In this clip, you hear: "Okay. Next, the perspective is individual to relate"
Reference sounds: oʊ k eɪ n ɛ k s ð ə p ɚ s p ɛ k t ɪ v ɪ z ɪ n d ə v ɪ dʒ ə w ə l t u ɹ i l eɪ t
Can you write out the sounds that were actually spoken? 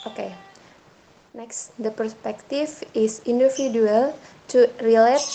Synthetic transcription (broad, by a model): oʊ k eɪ n ɛ k s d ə p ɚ s p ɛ k t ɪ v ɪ s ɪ n d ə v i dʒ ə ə l t u ɹ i l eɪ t